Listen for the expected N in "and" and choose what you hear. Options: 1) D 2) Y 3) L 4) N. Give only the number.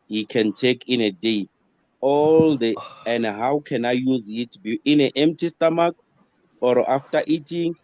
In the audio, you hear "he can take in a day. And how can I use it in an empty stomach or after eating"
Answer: 3